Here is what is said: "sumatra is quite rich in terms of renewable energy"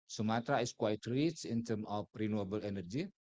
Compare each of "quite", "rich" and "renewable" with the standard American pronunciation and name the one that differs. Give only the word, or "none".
rich